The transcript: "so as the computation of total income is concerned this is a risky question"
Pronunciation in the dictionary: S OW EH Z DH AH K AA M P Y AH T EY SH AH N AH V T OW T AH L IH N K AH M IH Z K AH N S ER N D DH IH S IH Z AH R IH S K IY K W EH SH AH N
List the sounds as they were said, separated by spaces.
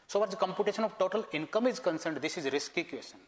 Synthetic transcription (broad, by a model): S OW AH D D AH K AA M P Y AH T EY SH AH N AH V T OW T AH L IH N K AH M IH Z K AH N S ER N D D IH S IH Z R IH S K IY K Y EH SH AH N